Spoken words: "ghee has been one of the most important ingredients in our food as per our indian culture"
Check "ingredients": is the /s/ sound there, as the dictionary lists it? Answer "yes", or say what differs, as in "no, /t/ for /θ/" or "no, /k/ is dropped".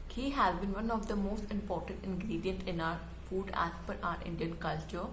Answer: no, /s/ is dropped